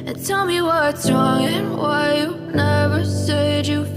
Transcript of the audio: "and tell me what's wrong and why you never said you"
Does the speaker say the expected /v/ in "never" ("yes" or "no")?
yes